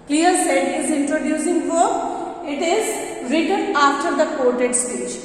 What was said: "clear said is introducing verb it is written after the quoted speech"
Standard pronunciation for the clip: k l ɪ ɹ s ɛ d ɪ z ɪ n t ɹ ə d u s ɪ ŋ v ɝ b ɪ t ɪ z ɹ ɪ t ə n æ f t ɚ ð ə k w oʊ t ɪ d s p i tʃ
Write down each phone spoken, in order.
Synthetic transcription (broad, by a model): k l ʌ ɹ s ɛ d ɪ z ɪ n t ɹ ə d u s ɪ ŋ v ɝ ɪ t ɪ z ɹ ɪ t ə n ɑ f t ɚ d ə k oʊ t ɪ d s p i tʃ